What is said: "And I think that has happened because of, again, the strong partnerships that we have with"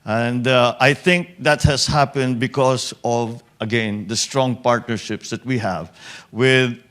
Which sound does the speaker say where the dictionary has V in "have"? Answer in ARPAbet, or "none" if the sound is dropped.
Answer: V